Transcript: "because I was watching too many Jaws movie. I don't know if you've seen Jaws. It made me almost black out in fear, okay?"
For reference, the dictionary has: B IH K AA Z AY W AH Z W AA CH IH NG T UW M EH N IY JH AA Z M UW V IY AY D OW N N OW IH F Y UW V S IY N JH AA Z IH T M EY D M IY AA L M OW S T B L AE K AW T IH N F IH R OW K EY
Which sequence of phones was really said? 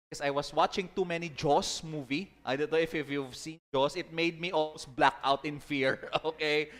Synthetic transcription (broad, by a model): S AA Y W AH S W AA CH IH NG T UW M EH N IY JH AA S M UW V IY AY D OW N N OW IH F Y UW V S IY N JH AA S IH T M EY D M IY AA L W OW S B L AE K AW T IH N F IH R OW K EY